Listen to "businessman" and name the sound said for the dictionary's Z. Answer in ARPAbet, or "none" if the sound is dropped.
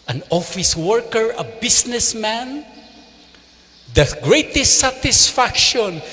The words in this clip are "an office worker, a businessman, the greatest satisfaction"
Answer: S